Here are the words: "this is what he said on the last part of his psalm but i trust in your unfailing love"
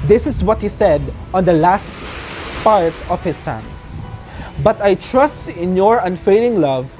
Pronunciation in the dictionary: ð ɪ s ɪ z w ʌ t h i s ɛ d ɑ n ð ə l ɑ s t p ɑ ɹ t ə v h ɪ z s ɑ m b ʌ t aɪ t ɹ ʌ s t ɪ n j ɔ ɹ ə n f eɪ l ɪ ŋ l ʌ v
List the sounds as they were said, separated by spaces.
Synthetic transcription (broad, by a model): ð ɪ s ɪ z w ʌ t h i s ɛ d ɑ n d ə l ɑ s t p ɑ ɹ t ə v h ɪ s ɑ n b ʌ t aɪ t ɹ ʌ s t ɪ n j ɔ ɹ ə n f eɪ l ɪ ŋ l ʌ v